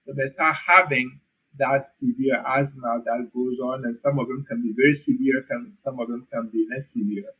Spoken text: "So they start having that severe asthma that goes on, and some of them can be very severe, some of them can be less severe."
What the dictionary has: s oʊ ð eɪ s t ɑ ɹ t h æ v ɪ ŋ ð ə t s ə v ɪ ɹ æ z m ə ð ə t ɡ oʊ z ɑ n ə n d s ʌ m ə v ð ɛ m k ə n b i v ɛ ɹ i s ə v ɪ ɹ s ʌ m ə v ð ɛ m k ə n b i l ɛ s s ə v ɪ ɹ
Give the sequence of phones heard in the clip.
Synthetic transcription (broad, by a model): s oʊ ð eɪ s t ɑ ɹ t h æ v ɪ ŋ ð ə t s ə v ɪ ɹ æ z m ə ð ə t ɡ oʊ z ɑ n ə n s ʌ m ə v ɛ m k ə n b i v ɛ ɹ i s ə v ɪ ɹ s ʌ m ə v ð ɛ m k ə n b i n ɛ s s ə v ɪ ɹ